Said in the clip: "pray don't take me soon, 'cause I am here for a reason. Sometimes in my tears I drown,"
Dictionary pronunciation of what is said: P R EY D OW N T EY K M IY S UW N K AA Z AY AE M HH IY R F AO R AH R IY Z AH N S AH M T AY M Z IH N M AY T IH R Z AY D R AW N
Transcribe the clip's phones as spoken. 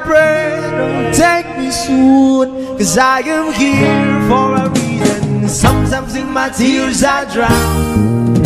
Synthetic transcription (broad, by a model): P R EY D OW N T EY K M IY S UW N K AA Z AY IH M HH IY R F AO R AH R IY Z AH N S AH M S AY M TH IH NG M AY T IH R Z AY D R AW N